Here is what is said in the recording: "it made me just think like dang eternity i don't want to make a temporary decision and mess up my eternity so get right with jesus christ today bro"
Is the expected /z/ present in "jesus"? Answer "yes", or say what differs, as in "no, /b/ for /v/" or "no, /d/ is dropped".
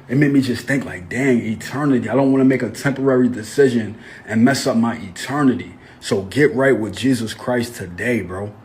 yes